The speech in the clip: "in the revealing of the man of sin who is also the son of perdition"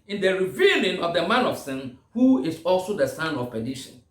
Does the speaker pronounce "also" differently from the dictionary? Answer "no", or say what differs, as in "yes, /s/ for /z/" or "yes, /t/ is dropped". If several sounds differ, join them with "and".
no